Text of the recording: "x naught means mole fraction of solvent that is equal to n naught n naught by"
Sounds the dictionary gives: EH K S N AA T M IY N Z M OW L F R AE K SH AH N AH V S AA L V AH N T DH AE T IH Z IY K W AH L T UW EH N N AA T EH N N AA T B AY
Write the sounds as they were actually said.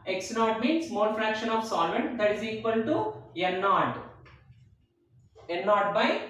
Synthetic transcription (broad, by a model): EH K S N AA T M IY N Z M OW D F R AE K SH AH N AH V S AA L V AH N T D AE T IH Z IY K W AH L T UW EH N N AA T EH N N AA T B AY